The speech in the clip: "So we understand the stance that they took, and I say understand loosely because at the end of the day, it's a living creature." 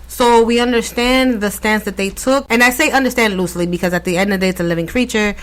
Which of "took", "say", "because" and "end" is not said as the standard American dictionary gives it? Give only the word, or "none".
none